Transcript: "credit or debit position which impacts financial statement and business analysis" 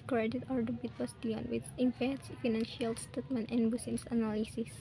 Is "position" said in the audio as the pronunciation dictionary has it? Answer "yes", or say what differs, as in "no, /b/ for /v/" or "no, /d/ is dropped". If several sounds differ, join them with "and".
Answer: no, /s/ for /z/ and /ʃ/ is dropped